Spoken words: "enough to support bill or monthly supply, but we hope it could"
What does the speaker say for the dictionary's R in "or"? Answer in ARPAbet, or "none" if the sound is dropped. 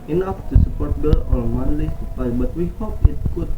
L